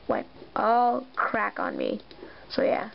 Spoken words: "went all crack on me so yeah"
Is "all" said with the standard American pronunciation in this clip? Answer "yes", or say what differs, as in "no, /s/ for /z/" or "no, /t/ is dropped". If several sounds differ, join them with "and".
yes